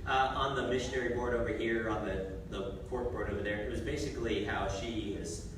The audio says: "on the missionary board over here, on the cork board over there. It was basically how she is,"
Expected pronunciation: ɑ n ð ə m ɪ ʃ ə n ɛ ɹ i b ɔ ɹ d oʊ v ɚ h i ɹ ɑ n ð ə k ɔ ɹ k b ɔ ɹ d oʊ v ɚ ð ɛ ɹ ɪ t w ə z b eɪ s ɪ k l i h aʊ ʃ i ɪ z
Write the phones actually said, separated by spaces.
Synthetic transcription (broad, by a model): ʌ n ð ə m ɪ ʃ ə n ɛ ɹ i b ɔ ɹ d oʊ v ɚ h i ɹ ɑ n ð ə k ɔ ɹ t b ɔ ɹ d oʊ v ɚ ð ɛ ɹ ɪ t w ə z b eɪ s ɪ k l i h aʊ ʃ i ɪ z